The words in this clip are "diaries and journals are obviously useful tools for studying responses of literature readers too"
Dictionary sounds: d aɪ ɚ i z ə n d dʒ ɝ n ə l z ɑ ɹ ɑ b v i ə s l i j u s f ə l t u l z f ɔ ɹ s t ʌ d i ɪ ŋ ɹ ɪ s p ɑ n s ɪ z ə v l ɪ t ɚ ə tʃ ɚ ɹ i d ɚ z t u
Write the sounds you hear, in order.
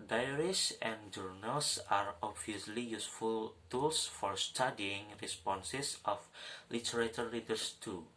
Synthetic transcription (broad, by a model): d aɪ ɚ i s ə n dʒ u n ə l s ɑ ɹ ɑ b v i ə s l i j u s f ə l t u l s f ɔ ɹ s t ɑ d i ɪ ŋ ɹ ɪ s p ɑ n s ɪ s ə f l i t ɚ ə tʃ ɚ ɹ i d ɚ s t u